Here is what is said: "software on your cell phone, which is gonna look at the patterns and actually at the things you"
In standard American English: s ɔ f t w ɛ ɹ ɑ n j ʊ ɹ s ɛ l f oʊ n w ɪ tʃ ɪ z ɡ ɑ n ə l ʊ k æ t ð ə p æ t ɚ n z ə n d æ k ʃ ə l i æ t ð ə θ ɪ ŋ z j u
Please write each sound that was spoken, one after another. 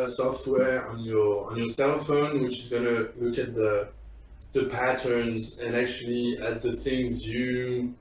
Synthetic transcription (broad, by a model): s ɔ f t w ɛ ɹ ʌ n j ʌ ɹ s ɛ l f oʊ n w ɪ tʃ ɪ z ɡ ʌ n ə l ʊ k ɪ t ð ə p æ t ɚ n z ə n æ k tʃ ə l i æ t ð ə θ ɪ ŋ z j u